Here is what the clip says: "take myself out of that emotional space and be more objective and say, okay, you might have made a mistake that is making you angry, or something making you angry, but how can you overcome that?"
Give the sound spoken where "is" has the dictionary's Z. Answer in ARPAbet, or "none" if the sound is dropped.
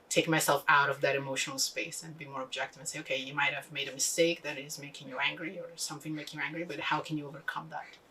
Z